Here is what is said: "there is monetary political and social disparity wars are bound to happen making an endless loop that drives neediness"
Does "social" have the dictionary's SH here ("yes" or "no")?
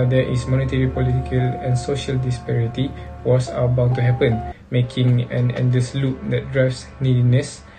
yes